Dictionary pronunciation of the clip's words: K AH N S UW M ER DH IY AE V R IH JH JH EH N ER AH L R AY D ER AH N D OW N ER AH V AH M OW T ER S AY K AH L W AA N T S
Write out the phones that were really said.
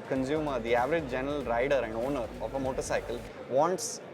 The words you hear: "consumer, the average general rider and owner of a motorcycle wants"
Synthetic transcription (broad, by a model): K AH N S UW M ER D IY AE V R IH JH JH EH N ER AH L R AY D ER AH N D OW N ER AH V AH M OW T ER S AY K AH L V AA N T S